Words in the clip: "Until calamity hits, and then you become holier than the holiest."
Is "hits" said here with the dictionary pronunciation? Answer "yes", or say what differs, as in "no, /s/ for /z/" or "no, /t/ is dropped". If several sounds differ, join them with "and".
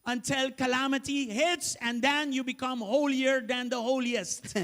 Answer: yes